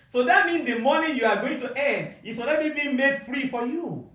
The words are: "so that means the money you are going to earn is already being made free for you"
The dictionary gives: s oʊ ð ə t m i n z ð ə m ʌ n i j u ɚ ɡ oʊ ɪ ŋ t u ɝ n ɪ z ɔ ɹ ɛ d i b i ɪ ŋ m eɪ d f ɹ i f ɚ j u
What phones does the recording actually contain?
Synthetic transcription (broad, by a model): s oʊ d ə t m i n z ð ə m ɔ n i j u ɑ ɡ oʊ ɪ ŋ t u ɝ n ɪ s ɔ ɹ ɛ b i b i m eɪ d f ɹ i f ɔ j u